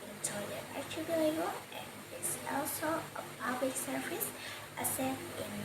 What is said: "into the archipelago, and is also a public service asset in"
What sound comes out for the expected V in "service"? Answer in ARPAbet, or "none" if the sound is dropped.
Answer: F